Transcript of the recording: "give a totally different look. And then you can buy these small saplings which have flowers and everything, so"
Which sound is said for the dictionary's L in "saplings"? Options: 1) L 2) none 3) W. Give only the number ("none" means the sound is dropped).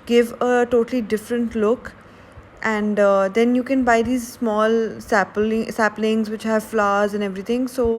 1